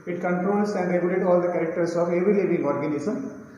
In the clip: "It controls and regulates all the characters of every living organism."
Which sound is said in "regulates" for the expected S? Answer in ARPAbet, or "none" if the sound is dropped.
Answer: none